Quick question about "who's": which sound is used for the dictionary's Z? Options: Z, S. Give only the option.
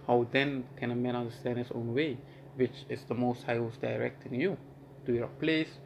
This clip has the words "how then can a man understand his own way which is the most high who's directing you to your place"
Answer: S